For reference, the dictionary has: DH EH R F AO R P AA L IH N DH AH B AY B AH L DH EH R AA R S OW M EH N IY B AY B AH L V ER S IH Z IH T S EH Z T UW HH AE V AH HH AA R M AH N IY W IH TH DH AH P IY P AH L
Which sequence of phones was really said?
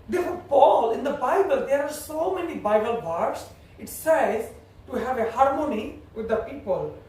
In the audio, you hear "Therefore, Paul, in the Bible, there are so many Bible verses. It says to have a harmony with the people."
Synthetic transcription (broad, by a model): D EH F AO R P AA L IH N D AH B AY B AH L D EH R AA R S OW M EH N IY B AY B AH L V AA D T S IH T S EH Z T UW HH AE V AH HH AA R M AH N IY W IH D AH P IY P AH L